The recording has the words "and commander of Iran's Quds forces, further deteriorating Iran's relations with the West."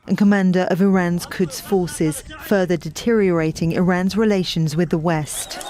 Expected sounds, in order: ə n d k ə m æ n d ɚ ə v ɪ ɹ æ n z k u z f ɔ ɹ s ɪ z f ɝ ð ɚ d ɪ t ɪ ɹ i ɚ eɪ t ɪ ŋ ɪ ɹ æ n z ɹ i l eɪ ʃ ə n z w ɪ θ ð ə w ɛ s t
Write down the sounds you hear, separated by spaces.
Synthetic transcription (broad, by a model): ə n k ə m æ n d ɚ ə v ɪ ɹ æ n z k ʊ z f ɔ s ɪ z f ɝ ð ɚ d ɪ t ɪ ɹ i ɚ eɪ t ɪ ŋ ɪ ɹ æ n z ɹ i l eɪ ʃ ə n z w ɪ ð ə w ɛ s t